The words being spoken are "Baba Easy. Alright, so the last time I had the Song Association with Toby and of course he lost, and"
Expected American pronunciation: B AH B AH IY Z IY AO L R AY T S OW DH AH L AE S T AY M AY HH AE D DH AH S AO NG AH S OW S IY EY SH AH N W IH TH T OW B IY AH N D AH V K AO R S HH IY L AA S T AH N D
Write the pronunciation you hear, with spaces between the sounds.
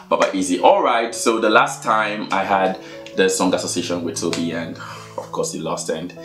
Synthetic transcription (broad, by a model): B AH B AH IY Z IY AO L R AY T S OW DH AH L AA S T AY M AY HH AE D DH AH S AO NG AH S OW S IY EY SH AH N W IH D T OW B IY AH N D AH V K AO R S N L AA S T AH N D